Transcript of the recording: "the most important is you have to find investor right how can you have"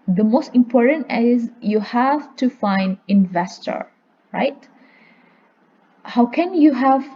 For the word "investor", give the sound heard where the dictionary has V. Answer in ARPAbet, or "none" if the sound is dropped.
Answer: V